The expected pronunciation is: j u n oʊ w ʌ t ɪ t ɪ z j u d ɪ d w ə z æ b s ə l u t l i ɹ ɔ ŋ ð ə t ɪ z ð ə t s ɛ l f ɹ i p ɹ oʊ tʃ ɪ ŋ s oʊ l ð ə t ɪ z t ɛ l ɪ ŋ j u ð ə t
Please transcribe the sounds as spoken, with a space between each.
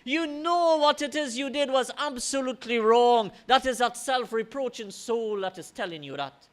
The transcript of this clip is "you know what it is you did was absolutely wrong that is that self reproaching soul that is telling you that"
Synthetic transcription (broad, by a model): j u n oʊ w ʌ t ɪ t ɪ z j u d ɪ d w ə z æ b s ə l u t l i ɹ ɔ ŋ ð ə t ɪ z ð ə t s ɛ l f ɹ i p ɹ oʊ tʃ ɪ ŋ s oʊ l ð ə t ɪ z t ɛ l ɪ ŋ j u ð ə t